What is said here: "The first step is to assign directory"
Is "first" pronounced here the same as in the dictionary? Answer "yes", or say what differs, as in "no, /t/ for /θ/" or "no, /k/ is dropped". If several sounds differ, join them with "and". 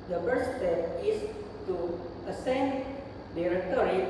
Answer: no, /s/ is dropped